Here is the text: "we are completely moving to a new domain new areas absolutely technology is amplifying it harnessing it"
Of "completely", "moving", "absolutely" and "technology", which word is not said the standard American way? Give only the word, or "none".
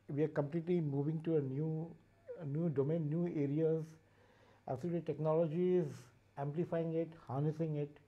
absolutely